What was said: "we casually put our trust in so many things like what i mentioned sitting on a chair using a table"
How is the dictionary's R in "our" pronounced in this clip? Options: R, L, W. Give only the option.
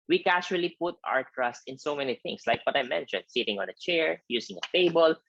R